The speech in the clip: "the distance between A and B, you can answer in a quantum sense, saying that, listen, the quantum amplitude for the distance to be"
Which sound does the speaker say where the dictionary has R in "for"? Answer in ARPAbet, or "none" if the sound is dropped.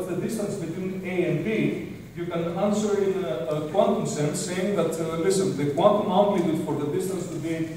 R